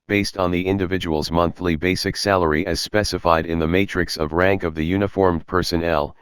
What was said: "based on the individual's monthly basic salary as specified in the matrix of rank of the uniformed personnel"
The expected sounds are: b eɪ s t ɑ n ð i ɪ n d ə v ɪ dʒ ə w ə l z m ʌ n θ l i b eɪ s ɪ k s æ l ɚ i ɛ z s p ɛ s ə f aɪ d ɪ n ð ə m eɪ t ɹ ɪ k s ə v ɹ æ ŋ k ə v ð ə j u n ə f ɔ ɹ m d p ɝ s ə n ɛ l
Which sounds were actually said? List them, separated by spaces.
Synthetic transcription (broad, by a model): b eɪ s t n ð i ɪ n d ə v ɪ dʒ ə w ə l z m ʌ n θ l i b eɪ s ɪ k s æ l ɚ i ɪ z s p ɛ s ə f aɪ d ɪ n ð ə m eɪ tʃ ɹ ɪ k s ə v ɹ æ ŋ k ə v ð ə j u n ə f ɔ ɹ m p ɝ s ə n ɛ l